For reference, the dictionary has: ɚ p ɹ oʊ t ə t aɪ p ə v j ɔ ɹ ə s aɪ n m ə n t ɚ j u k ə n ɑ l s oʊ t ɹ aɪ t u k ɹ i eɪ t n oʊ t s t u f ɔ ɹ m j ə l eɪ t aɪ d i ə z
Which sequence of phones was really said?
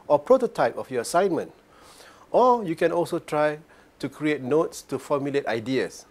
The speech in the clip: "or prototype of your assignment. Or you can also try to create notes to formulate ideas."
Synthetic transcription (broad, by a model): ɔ p ɹ oʊ t ə t aɪ p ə f j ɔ ə s aɪ n m ə n t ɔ j u k ə n ɑ l s oʊ t ɹ aɪ t u k ɹ i eɪ t n oʊ t s t u f ɔ m j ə l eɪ t aɪ d i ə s